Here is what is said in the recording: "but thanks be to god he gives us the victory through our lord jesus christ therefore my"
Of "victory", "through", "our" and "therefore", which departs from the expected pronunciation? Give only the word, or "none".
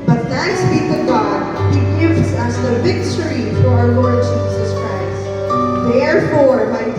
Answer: through